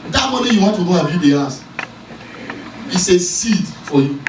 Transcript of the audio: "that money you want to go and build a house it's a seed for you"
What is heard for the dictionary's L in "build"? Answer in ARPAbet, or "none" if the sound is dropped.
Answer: none